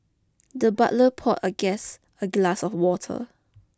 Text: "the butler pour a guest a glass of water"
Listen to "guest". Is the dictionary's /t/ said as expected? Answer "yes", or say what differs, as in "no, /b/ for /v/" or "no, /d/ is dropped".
no, /t/ is dropped